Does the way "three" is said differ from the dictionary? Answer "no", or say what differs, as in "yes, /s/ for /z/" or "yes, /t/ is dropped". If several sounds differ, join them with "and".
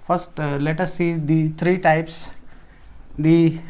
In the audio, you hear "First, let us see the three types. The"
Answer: yes, /t/ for /θ/